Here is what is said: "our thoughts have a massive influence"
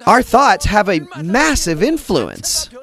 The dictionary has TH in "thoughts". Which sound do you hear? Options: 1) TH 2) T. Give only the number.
1